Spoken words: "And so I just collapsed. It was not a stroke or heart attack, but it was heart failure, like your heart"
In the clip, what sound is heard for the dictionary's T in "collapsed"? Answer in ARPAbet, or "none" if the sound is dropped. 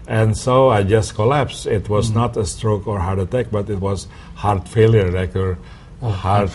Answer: none